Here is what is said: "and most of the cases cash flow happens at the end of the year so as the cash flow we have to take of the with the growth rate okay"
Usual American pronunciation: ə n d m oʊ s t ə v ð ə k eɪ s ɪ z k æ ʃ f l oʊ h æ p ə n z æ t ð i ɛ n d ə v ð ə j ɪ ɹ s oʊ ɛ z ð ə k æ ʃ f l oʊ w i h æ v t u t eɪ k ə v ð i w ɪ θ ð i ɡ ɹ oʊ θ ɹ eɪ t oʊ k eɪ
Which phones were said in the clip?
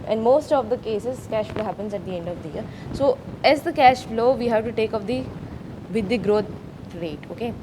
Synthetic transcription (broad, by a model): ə n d m oʊ s t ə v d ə k eɪ s ɪ z k æ ʃ f l oʊ h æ p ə n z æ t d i ɛ n d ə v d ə j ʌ ɹ s oʊ ɛ z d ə k æ ʃ f l oʊ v i h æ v t u t eɪ k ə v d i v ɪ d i ɡ ɹ oʊ t ɹ eɪ t oʊ k eɪ